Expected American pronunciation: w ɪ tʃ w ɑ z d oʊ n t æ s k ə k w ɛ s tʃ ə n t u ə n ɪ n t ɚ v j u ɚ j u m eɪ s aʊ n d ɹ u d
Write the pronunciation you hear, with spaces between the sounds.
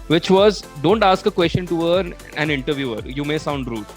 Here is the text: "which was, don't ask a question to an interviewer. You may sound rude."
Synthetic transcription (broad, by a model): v ɪ tʃ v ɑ z d oʊ n t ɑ s k ə k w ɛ s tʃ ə n t u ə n ɪ n t ɚ v j u ɚ j u m eɪ s aʊ n d ɹ u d